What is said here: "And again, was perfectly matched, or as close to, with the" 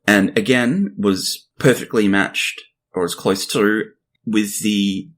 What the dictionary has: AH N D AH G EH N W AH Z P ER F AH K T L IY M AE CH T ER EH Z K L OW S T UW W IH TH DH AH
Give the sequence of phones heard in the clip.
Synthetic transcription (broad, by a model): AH N AH G EH N W AH Z P ER F AH K T L IY M AE CH T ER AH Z K L OW S T UW W IH DH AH